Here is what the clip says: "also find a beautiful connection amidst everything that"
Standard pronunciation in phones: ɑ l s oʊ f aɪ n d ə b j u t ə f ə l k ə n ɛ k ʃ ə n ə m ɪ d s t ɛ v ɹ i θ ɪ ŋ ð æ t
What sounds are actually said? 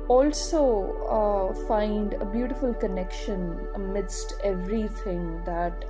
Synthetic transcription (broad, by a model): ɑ l s oʊ f aɪ n d ə b j u t ə f ə l k ə n ɛ k ʃ ə n ə m ɪ d s t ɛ v ɹ i t ɪ ŋ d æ t